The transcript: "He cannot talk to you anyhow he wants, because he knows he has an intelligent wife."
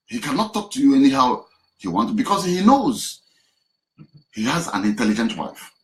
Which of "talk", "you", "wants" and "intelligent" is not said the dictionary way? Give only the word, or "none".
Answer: wants